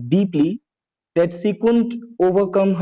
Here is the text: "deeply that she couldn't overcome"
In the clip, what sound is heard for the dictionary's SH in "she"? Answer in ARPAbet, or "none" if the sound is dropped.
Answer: S